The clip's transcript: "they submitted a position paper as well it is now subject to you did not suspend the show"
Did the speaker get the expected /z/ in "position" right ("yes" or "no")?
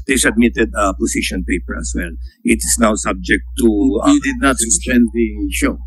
no